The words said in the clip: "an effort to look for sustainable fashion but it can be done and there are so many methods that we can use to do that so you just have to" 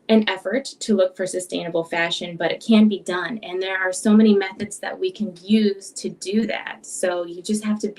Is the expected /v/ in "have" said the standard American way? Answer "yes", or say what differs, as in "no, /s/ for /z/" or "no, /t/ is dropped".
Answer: no, /f/ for /v/